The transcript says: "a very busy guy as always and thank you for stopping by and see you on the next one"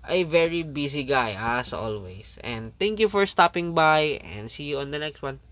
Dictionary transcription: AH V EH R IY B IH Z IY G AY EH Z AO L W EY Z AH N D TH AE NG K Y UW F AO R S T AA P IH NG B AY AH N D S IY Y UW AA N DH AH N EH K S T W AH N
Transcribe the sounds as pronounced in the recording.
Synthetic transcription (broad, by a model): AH V EH R IY B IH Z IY G AY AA S AO L W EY S AH N D T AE NG K Y UW F AO R S T AA P IH NG B AY AH N D S IY Y UW AA N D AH N EH K S T W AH N